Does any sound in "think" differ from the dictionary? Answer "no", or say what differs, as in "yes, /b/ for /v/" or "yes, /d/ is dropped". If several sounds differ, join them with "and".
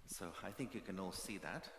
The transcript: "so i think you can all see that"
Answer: no